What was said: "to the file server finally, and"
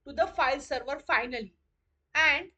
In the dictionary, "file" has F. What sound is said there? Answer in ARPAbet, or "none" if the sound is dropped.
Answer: F